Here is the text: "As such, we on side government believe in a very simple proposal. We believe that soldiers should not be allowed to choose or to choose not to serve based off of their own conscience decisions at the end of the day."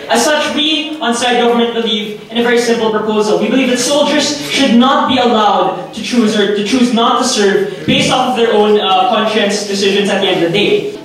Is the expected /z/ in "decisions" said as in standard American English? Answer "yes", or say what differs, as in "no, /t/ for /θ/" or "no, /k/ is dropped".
yes